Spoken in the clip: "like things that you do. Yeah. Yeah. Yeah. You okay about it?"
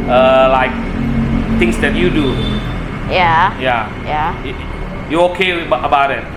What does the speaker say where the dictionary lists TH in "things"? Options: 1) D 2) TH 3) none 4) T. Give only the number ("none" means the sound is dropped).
4